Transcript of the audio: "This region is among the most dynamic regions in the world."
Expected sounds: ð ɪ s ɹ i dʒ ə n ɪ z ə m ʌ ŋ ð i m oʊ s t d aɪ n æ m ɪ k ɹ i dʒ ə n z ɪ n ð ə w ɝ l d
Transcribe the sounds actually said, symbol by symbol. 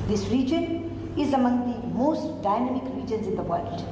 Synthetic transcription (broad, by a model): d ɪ s ɹ i dʒ ə n ɪ z ə m ʌ ŋ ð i m oʊ s t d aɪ n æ m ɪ k ɹ i dʒ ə n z ɪ n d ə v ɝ l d